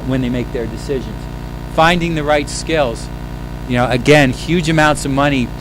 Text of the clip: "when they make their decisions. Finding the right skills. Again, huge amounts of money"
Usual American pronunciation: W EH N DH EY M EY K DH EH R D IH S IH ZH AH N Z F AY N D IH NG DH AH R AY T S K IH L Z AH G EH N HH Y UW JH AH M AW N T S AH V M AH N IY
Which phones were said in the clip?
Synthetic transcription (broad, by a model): W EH N DH EY M EY K DH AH R D IH S IH ZH AH N Z F AY N D IH NG DH AH R AY T S K IH L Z AH G EH N HH Y UW JH AH M AW N T S AH V M AH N IY